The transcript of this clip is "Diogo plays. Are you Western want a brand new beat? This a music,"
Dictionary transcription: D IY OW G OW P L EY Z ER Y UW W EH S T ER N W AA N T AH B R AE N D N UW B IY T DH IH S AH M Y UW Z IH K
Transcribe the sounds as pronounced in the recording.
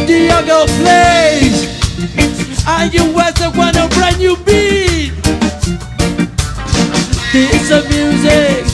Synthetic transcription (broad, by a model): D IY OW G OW P L EY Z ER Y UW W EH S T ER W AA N AH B R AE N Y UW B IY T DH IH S AH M Y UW Z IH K